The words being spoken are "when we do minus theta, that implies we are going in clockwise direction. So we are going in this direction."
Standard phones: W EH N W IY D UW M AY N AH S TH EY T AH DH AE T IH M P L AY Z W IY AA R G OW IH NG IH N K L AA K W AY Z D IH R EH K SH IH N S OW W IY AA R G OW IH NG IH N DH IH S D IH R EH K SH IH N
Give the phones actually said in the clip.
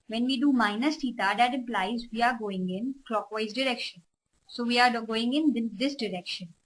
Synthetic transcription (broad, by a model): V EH N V IY D UW M AY N AH S T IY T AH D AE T IH M P L AY Z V IY AA R G OW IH NG IH N K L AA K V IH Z D IH R EH K SH IH N S OW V IY AA R G OW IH NG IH N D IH S D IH R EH K SH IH N